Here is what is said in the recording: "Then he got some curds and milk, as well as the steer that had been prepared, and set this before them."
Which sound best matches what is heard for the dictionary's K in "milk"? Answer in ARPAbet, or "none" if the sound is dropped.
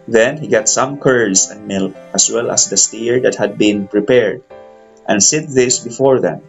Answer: none